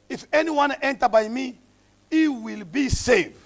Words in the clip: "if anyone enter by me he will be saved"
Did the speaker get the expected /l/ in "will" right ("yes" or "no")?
yes